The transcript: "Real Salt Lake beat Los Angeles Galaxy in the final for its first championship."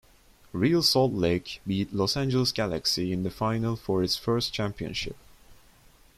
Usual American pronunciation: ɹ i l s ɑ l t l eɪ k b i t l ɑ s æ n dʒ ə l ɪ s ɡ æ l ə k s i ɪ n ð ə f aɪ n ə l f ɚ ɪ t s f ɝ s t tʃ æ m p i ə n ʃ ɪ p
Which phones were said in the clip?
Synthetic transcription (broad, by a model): ɹ i l s ɑ l t l eɪ k b i t l ɑ s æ n dʒ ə l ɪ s ɡ æ l ə k s i ɪ n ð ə f aɪ n ə l f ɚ ɪ t s f ɝ s t tʃ æ m p i ə n ʃ ɪ p